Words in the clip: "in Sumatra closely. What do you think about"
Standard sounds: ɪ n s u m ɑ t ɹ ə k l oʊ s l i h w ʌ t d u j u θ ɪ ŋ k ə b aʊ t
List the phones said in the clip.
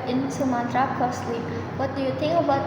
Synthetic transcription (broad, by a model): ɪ n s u m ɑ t ɹ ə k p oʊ s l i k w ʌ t d u j u t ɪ ŋ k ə b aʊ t